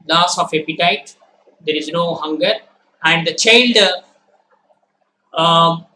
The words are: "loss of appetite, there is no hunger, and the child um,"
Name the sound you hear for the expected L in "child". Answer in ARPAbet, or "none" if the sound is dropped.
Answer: L